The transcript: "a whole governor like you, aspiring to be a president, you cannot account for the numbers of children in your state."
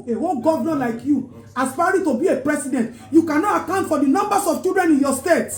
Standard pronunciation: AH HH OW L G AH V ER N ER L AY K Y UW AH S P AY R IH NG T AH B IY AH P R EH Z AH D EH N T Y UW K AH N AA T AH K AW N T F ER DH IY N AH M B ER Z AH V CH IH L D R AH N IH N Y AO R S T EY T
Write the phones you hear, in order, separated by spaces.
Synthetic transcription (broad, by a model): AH HH OW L G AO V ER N L AY K Y UW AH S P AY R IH T AH B IY AH P R EH S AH D EH N T Y UW K AH N AA T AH K AW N T F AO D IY N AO M B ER S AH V CH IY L D R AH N IH N Y AO S T EY T